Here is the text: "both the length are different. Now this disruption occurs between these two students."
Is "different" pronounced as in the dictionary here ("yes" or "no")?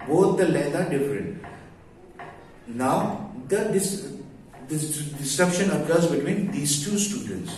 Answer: yes